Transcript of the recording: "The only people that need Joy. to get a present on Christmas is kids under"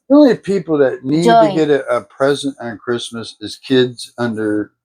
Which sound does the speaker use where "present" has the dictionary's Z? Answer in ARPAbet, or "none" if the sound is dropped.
Z